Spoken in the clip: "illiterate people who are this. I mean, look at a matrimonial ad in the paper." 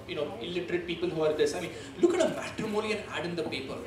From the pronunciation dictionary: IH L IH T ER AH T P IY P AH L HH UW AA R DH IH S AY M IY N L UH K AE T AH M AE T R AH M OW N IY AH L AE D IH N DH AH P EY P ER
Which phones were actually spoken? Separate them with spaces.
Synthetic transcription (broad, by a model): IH L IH T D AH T P IY P AH L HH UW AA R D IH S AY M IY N L UH K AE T AH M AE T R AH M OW L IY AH N AE D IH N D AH P EY P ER